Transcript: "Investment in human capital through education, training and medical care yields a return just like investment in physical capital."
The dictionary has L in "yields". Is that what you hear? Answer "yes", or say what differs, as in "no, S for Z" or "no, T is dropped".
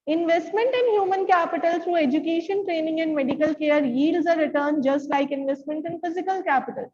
no, L is dropped